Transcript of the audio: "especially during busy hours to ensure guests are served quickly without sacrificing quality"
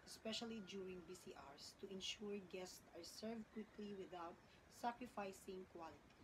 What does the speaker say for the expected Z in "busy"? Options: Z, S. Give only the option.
S